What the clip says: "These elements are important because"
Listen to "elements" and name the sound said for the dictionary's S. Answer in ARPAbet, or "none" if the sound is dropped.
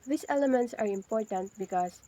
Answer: S